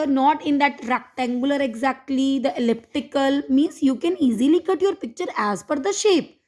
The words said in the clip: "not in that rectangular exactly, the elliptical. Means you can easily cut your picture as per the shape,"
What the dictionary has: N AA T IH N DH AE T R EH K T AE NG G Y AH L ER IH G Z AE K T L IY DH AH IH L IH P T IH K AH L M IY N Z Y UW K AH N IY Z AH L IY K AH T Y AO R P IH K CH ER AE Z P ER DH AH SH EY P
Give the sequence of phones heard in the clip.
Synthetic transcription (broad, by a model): N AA T IH N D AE T R EH K T AE NG G Y AH L ER IH G Z AE K T L IY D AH IH L IH P T IH K AH L M IY N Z Y UW K AH N IY Z AH L IY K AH T Y AO R P IH K CH ER AE Z F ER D AH SH EY P